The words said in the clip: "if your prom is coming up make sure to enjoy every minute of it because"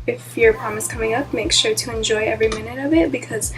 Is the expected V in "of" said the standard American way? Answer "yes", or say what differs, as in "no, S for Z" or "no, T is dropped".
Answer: yes